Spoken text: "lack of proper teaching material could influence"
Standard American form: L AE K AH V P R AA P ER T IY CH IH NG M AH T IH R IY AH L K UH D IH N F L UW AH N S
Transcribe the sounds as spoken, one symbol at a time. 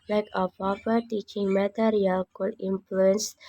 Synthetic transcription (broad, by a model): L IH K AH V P AA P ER T IY CH IH NG M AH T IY R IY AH L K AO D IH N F L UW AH N S